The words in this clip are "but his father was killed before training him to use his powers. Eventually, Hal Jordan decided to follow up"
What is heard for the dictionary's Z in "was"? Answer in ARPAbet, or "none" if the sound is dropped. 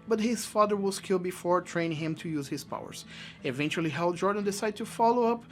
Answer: S